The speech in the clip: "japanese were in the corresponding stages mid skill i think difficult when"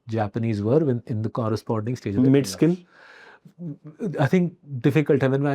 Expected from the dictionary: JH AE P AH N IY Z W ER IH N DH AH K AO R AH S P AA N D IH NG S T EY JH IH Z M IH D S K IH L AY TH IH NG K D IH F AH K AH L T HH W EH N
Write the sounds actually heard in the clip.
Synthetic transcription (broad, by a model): JH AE P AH N IY Z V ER IH N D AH K AO R AH S P AA N D IH NG S T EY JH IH M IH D S K IH L AY T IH NG K D IH F AH K AH L T HH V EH N